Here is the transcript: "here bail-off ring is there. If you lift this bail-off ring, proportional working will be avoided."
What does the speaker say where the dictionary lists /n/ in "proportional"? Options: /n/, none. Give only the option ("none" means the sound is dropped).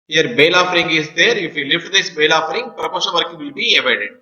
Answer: none